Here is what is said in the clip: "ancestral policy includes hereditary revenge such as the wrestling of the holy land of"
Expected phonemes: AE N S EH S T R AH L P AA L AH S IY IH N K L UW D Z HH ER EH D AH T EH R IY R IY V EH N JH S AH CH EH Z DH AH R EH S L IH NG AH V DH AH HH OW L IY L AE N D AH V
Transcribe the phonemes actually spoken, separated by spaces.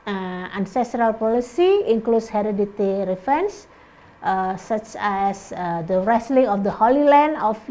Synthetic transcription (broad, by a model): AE N S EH S T R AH L P AA L AH S IY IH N K L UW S HH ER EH D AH T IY R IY F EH N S S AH CH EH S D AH R EH S L IH NG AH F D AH HH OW L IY L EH N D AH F